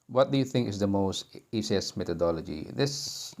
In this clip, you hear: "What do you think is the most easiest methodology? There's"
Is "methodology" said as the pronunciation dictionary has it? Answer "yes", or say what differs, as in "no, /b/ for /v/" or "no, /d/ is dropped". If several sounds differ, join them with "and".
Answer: no, /t/ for /θ/